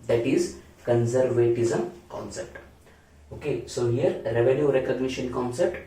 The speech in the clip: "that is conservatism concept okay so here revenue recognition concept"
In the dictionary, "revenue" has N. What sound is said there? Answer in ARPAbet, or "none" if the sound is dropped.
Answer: L